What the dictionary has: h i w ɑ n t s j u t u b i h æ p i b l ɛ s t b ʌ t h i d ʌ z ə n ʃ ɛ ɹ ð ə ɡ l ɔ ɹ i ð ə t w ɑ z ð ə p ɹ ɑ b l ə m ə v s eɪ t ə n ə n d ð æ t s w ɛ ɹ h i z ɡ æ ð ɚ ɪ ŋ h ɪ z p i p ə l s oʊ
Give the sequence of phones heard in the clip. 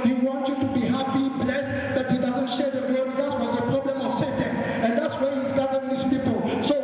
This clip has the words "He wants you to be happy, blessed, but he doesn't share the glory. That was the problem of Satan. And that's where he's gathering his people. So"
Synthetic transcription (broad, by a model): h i w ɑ n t j u t u b i h æ p i b l ɛ s t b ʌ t h i d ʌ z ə n ʃ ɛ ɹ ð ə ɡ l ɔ w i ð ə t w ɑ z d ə p ɹ ɑ b l ə m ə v s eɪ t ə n ə n d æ t s w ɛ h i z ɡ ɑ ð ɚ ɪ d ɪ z p i p ə l s oʊ